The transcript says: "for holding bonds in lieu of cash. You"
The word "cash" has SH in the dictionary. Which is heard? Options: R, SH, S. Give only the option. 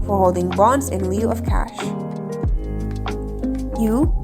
SH